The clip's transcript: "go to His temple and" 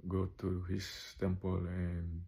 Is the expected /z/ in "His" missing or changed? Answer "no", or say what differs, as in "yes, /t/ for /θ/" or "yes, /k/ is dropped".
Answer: yes, /s/ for /z/